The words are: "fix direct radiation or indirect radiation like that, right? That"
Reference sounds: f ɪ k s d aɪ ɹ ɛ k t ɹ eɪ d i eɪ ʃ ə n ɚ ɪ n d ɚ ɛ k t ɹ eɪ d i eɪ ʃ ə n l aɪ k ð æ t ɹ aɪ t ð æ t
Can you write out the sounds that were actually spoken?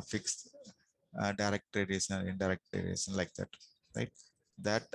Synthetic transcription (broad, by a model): f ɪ k s d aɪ ɹ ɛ k t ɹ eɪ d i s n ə n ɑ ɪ d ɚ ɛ k t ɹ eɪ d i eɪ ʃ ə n l aɪ k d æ t ɹ aɪ t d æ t